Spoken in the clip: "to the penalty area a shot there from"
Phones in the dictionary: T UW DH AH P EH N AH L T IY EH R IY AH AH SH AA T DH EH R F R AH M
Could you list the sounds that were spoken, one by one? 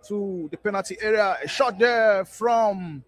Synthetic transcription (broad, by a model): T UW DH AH P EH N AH T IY EH R IY AH AH SH AA T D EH F R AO M